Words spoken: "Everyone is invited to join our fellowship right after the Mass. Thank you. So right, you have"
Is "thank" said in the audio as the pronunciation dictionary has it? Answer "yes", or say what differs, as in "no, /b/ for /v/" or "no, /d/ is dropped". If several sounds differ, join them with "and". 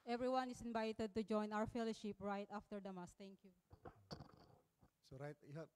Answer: no, /t/ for /θ/